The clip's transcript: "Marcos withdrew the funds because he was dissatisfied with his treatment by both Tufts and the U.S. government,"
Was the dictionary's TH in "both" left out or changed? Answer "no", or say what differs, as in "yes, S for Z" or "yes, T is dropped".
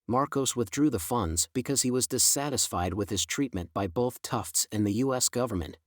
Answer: no